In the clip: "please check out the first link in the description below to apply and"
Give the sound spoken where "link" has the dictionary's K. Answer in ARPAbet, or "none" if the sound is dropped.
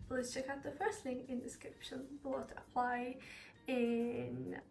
none